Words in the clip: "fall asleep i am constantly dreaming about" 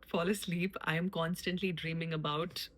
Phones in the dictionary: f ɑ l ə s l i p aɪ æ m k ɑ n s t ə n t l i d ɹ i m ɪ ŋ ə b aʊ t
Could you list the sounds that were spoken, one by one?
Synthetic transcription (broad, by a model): f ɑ l ə s l i p aɪ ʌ m k ɑ n s t ə n t l i d ɹ i m ɪ ŋ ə b aʊ t